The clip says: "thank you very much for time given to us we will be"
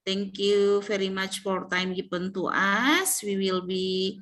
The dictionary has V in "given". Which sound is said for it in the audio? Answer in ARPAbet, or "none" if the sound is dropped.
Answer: P